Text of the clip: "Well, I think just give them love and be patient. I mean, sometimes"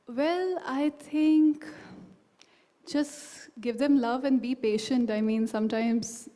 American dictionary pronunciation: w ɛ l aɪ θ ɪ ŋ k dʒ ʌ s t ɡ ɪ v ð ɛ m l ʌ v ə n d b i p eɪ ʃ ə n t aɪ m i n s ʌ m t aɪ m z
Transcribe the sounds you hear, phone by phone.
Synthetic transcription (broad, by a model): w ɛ l aɪ t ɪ ŋ k dʒ ʌ s t ɡ ɪ v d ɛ m l ʌ v ə n d b i p eɪ ʃ ə n t aɪ m i n s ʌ m t aɪ m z